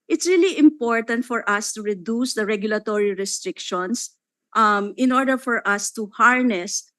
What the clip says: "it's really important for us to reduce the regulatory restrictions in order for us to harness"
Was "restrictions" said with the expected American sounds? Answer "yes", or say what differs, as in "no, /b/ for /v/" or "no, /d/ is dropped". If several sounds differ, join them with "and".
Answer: no, /s/ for /z/